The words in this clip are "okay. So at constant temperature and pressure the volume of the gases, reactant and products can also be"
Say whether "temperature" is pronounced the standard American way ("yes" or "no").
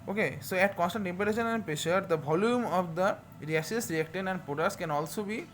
no